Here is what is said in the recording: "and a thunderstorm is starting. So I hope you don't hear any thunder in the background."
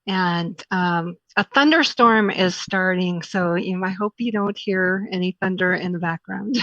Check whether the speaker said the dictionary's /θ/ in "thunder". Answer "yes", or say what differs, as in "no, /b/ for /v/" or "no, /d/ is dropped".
yes